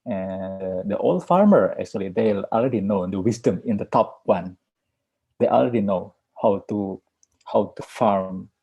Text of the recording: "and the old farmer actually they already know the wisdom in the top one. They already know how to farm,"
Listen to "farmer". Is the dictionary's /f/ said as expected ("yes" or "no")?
yes